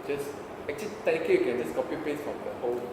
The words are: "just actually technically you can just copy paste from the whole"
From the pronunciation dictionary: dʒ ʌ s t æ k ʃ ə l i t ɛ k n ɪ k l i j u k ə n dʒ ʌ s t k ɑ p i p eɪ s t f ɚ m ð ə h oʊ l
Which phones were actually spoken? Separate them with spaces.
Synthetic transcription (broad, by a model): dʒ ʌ s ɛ k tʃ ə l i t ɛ n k i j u k ə n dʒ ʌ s k ɑ p i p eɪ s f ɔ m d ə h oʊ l